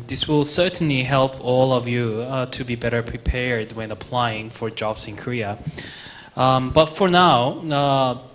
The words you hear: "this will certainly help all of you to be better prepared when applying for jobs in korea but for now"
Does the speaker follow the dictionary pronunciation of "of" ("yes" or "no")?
yes